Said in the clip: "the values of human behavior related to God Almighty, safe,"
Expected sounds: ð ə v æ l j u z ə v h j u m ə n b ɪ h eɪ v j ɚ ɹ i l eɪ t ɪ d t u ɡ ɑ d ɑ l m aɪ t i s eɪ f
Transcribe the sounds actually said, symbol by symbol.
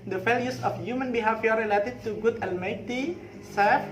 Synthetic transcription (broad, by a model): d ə f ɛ l j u s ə f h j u m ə n b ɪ h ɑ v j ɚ ɹ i l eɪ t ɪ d t u ɡ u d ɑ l m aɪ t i s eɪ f